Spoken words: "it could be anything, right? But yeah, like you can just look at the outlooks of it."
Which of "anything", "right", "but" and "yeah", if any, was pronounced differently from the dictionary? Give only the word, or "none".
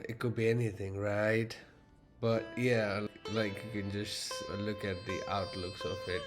none